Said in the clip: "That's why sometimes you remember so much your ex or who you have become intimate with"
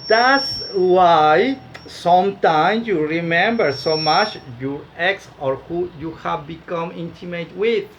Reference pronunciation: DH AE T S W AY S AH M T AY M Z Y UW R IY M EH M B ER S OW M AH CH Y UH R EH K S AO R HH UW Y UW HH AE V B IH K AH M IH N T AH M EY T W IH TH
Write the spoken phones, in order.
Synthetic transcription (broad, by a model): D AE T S W AY S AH M T AY M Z Y UW R IY M EH M B ER S OW M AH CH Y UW R EH K S AO R HH UW Y UW HH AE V B IH K AH M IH N T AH M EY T W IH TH